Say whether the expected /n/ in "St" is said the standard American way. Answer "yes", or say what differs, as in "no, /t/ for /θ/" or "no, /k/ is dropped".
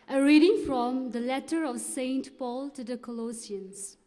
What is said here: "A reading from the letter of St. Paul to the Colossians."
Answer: yes